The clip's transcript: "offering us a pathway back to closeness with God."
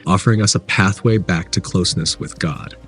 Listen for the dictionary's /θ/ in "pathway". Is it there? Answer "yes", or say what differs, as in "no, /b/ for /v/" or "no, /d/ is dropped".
yes